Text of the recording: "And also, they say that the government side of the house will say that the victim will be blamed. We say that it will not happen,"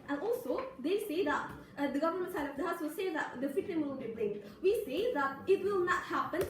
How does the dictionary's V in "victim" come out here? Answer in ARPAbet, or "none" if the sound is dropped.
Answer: F